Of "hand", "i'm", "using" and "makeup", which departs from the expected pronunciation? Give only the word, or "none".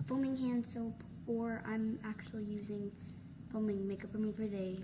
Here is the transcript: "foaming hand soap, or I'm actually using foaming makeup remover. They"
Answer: none